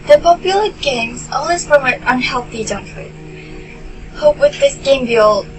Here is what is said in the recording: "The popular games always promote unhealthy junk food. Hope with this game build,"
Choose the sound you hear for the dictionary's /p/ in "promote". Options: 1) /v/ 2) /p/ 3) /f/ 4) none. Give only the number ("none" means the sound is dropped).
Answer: 3